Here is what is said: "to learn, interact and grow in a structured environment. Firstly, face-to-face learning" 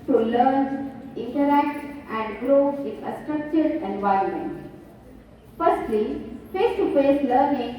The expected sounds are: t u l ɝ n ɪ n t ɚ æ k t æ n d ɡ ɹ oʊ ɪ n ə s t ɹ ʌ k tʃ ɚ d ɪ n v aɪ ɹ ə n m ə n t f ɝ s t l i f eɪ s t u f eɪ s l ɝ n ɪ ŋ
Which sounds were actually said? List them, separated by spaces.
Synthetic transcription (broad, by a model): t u l ɝ n ɪ n t ɚ æ k t æ n d ɡ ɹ oʊ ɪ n ə s t ɹ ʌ k tʃ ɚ d ɪ n v aɪ ɹ ə n m ə n t f ɝ s t l i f eɪ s t u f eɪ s l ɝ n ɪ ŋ